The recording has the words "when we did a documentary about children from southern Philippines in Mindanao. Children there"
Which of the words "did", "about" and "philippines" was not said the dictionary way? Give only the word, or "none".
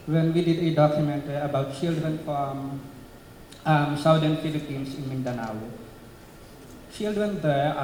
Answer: philippines